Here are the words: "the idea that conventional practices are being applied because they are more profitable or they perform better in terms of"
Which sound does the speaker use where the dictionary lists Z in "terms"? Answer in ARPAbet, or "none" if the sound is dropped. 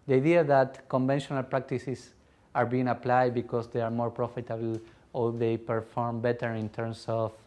S